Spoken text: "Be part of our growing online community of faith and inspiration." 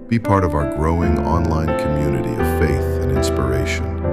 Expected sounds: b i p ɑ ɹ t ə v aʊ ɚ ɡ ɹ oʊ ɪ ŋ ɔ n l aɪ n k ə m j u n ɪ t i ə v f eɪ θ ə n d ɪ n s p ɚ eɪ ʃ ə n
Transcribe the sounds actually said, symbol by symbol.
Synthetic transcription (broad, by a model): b i p ɑ ɹ t ə v aʊ ɚ ɡ ɹ oʊ ɪ ŋ ɔ n l aɪ n k ə m j u n ɪ t i ə v f eɪ θ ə n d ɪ n s p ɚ eɪ ʃ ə n